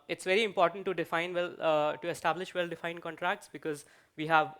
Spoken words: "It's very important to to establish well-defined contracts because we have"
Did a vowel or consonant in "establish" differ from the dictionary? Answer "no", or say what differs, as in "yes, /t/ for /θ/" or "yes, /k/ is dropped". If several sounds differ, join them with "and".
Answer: no